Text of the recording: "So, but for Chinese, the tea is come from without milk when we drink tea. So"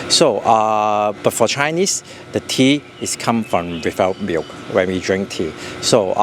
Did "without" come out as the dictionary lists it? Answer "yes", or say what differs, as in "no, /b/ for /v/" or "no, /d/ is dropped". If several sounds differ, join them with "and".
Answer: no, /f/ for /θ/